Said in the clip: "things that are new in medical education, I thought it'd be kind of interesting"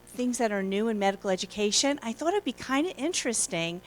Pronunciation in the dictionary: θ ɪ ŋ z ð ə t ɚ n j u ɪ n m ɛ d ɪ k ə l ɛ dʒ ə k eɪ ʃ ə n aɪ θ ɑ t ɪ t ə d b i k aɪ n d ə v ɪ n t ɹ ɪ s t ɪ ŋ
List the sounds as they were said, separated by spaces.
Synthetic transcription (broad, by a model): θ ɪ ŋ z ð ə t ɚ n j u ɪ n m ɛ d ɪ k l ɛ dʒ ə k eɪ ʃ ə n aɪ θ ɑ t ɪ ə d b i k aɪ n d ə ɪ n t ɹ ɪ s t ɪ ŋ